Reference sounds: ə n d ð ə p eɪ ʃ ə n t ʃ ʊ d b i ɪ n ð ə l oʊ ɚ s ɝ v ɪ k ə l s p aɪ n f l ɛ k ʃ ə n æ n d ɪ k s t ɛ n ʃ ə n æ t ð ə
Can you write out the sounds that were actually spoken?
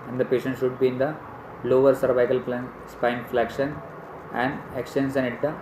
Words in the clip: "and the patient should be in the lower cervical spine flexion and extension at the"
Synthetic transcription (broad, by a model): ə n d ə p eɪ ʃ ə n t ʃ ʊ d b i ɪ n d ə l oʊ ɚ s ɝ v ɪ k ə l s p aɪ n f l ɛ k ʃ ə n æ n d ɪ k s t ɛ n s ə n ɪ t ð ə